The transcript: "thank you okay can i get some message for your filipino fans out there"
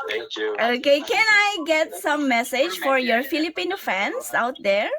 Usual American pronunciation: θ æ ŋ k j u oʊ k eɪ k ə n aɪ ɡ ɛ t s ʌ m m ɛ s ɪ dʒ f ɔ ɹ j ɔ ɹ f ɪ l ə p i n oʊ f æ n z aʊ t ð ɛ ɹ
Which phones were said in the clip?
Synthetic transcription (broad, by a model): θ oʊ k eɪ k ə n aɪ ɡ ɛ t s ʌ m m ɛ s ɪ dʒ f ɔ ɹ j ɔ ɹ f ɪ l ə p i n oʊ f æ n s aʊ t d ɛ ɹ